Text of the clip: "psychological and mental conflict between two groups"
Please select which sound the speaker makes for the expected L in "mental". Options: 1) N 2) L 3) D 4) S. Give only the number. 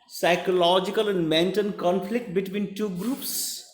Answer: 1